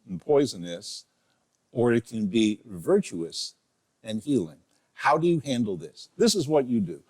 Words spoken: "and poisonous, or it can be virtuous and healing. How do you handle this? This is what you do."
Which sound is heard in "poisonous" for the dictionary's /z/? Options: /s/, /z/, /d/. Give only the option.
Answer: /z/